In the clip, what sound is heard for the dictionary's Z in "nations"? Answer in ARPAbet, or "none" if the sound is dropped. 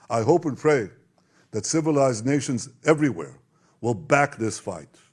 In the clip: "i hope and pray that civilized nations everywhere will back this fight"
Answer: Z